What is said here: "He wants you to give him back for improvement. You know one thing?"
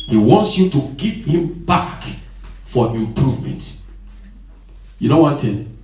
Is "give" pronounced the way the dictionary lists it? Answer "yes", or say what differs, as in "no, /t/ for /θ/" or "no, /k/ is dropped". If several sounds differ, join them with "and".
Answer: no, /p/ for /v/